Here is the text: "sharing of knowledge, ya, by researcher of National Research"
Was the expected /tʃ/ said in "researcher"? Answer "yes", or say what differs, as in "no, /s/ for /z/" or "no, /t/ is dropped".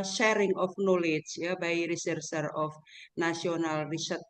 no, /s/ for /tʃ/